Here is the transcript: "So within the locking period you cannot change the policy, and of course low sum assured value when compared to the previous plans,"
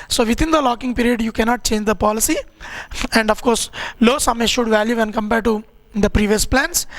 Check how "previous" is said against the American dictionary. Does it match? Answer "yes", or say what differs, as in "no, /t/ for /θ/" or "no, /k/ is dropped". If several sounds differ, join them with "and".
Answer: yes